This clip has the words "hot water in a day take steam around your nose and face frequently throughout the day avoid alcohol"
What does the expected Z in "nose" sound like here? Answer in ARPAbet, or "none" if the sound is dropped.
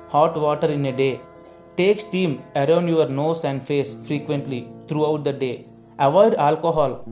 S